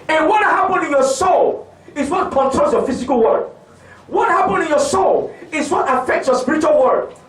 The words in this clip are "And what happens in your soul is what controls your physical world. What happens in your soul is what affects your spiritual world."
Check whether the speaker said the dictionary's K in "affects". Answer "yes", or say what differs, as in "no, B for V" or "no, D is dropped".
yes